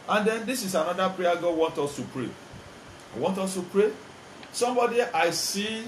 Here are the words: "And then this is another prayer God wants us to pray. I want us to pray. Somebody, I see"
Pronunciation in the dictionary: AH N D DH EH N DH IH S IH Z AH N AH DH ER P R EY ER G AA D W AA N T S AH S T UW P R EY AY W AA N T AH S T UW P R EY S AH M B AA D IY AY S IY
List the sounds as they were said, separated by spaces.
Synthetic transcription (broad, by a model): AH N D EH N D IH S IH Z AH N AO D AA P R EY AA G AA W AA N T AO S T UW P R EY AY W AA N T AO S T UW P R EY S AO M B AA D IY AY S IY